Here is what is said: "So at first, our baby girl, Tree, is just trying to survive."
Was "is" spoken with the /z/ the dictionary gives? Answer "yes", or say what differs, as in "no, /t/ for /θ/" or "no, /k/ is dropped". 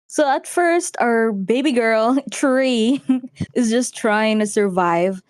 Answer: yes